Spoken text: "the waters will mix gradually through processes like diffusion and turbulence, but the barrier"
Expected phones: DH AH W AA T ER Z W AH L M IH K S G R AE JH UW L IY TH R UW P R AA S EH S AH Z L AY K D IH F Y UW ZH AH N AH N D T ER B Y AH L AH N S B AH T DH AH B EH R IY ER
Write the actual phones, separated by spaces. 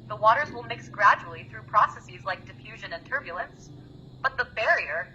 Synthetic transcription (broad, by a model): DH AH W AA T ER Z W AH L M IH K S G R AE JH UW L IY TH R UW P R AA S EH S AH Z L AY K D IH F Y UW ZH AH N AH N T ER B Y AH L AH N S B AH T DH AH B EH R IY ER